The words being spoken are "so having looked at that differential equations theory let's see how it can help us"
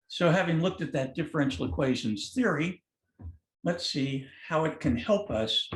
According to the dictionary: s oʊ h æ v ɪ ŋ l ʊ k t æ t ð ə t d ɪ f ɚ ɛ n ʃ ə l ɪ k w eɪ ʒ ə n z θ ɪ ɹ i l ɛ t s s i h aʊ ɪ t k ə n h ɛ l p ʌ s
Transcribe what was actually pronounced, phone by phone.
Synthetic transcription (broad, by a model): s oʊ h æ v ɪ ŋ l ʊ k t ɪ t ð ə t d ɪ f ɚ ɛ n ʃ l ɪ k w eɪ ʒ ə n z θ ɪ ɹ i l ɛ t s s i h aʊ ɪ t k ə n h ɛ l p ʌ s